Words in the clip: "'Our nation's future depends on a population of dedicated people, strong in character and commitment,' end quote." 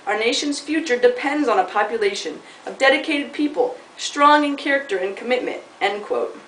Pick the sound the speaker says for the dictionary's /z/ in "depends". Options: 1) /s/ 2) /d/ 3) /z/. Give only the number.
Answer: 3